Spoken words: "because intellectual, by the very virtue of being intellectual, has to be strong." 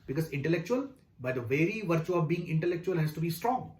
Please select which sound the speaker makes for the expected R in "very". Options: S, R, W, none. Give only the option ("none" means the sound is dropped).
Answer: R